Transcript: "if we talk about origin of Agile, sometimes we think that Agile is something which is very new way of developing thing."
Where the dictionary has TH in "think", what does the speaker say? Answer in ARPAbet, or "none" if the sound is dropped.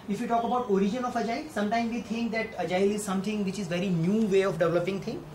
T